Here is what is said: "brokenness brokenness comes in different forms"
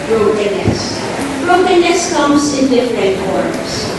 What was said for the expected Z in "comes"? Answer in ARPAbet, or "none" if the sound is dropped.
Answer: S